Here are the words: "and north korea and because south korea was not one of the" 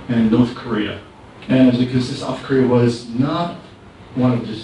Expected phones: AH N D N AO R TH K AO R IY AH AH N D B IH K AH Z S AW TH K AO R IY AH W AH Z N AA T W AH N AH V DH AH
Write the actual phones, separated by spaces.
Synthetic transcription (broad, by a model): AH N N AO R TH K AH R IY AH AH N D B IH K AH Z S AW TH K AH R IY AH W AH Z N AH T W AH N AH V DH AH